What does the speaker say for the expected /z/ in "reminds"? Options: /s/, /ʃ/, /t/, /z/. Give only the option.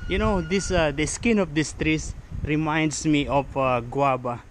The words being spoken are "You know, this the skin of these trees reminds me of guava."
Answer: /s/